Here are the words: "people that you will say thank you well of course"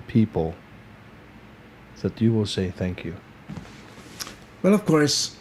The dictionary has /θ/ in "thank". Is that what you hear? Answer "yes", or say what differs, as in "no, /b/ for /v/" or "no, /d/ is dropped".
yes